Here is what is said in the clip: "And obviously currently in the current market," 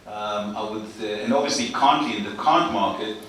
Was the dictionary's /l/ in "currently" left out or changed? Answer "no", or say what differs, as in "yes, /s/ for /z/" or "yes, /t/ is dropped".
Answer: yes, /l/ is dropped